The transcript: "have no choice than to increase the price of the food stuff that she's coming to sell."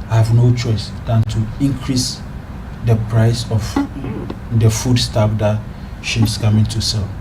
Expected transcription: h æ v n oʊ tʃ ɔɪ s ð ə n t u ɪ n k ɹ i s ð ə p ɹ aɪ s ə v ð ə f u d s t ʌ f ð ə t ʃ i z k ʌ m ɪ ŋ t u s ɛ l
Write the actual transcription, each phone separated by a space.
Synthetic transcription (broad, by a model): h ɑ v n oʊ tʃ ɔɪ s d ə n t u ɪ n k ɹ i s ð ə p ɹ aɪ s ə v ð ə f u d s t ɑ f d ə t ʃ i s k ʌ m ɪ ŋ t u s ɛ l